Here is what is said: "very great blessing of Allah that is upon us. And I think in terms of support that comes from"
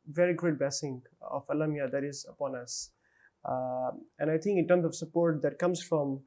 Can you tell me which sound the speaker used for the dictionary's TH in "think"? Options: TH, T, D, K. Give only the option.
T